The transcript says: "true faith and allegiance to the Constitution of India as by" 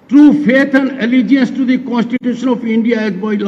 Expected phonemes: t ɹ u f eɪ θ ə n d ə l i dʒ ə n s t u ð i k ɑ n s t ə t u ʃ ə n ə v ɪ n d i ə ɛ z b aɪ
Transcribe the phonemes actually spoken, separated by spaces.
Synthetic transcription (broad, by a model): t ɹ u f eɪ t ə n d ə l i dʒ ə n s t u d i k ɑ n s t ə t u ʃ ə n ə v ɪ n d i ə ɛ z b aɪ